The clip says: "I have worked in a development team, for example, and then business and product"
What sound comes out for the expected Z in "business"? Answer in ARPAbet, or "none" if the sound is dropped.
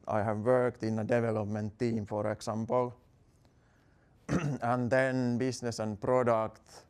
S